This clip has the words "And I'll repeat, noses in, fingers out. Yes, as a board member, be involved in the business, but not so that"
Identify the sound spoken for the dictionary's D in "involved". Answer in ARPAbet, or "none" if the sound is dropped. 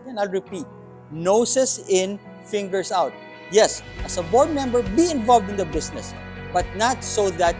D